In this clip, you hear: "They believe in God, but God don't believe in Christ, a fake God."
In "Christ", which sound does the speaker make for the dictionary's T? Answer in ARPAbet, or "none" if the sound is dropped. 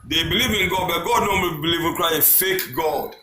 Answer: none